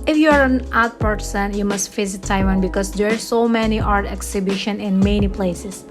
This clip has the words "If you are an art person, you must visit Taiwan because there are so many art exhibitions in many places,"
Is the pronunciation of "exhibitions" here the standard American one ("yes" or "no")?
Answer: no